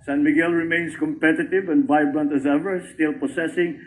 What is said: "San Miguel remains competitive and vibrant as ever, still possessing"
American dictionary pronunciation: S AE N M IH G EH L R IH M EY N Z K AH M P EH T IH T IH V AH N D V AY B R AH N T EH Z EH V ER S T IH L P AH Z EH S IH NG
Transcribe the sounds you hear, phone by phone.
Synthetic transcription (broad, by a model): S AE N M IH G EH L R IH M EY N S K AH M P EH T IH T IH V AH N D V AY B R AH N T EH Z EH V ER S T IH L P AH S EH S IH NG